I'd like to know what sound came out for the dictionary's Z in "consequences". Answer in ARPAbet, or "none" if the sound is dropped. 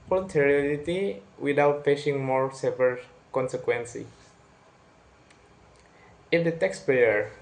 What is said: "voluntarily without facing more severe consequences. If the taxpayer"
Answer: none